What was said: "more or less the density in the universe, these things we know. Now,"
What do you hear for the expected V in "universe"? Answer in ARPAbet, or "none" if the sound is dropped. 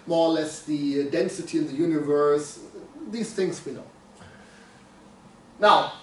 V